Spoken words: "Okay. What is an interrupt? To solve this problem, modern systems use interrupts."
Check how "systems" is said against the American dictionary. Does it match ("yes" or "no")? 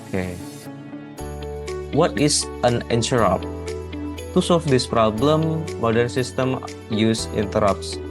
no